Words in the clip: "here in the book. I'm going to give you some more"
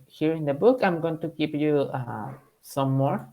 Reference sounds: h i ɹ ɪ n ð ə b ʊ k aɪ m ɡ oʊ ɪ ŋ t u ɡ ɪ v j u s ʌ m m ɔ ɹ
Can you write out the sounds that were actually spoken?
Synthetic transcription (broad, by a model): h i ɹ ɪ n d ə b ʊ k aɪ m ɡ oʊ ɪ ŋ t u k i p j u s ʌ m m ɔ ɹ